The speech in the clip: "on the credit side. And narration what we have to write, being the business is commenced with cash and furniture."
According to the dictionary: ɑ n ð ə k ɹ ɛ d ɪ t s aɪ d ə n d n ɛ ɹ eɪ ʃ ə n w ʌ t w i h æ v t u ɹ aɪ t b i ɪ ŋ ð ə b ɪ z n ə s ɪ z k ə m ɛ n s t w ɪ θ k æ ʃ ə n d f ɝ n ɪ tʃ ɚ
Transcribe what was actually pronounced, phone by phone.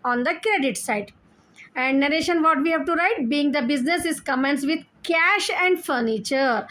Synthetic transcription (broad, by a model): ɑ n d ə k ɹ ɛ d ɪ t s aɪ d ə n d n ɛ ɹ eɪ ʃ ə n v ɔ t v i h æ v t u ɹ aɪ t b i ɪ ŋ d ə b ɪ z n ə s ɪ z k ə m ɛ n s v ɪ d k æ ʃ ə n d f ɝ n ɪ tʃ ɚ